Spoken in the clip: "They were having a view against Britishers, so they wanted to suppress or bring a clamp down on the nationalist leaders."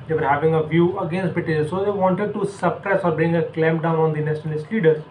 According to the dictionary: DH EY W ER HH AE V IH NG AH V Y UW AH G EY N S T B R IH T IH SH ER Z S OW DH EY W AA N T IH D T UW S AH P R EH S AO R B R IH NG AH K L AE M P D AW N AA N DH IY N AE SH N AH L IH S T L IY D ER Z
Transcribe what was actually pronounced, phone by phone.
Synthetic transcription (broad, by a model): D EY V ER HH AE V IH NG AH V Y UW AH G EY N S T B IH T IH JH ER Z S OW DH EY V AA N T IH D T UW S AH P R EH S AO R B R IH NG AH K L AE M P D AW N AA N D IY N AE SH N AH L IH S T L IY D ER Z